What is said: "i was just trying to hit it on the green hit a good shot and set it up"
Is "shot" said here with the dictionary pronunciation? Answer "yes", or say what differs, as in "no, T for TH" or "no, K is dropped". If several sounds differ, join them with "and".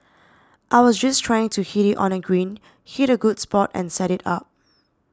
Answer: no, S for SH